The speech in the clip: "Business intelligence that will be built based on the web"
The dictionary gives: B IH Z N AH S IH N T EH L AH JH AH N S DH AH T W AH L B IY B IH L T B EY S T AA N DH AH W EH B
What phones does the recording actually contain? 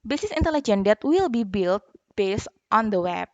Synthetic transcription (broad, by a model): B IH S N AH S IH N T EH L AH JH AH N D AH T W AH L B IY B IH L T B EY S T AA N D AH W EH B